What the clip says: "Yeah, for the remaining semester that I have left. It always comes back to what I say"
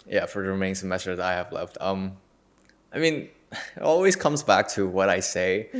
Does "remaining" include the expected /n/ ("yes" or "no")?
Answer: no